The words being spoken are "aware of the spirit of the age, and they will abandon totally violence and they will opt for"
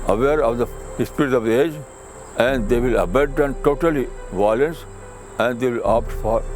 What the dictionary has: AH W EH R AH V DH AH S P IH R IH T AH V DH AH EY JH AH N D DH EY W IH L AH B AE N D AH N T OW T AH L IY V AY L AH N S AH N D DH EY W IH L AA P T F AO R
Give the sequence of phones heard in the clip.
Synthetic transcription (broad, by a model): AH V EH R AH V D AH S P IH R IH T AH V EY JH AH N D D EY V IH L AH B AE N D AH N T OW T AH L IY V AY L AH N S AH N D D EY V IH L AA P T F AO R